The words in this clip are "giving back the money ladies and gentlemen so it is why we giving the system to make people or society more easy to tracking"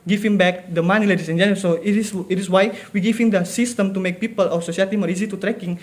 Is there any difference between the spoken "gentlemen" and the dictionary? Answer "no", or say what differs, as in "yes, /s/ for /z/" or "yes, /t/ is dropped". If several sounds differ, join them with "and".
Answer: yes, /s/ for /t/